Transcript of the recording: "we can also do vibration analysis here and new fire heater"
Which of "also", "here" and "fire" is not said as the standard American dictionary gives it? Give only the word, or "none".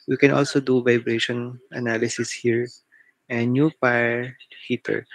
fire